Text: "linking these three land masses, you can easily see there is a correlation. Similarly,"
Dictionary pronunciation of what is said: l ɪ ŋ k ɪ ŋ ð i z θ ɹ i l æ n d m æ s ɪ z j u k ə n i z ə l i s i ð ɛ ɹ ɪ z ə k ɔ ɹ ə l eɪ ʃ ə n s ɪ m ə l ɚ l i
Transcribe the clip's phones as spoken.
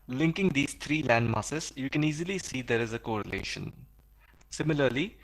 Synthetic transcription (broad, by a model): l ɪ ŋ k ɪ ŋ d i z t ɹ i l æ n d m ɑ s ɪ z j u k ə n i z ə l i s i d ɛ ɹ ɪ z ə k ɔ ɹ ə l eɪ ʃ ə n s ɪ m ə l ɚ l i